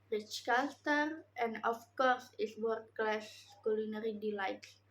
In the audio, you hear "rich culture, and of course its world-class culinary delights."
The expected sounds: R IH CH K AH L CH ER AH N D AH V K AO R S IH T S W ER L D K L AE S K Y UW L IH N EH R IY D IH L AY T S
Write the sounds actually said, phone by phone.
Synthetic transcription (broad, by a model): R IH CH K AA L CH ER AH N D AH F K AO R S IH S W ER D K L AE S K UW L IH N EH R IY D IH L AY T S